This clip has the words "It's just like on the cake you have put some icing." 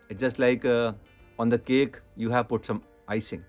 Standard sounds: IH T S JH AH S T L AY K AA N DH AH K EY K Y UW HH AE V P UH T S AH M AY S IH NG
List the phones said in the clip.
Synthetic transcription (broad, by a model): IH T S JH AH S T L AY K AA N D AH K EY K Y UW HH AE V P UH T S AH M AY S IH NG